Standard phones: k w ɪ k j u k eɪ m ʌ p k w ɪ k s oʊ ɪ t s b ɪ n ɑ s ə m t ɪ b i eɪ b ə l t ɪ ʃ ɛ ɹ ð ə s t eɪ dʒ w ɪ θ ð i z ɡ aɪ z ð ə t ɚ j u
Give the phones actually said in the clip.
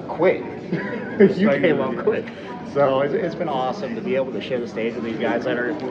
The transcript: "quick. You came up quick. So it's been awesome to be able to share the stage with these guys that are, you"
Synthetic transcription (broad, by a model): k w ɪ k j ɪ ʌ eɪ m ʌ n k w ɪ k s oʊ ɪ t s b ɪ n ɑ s ə m t ɪ b i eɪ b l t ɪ ʃ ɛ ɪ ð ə s t eɪ dʒ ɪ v ð i z ɡ aɪ z ð ə t ɚ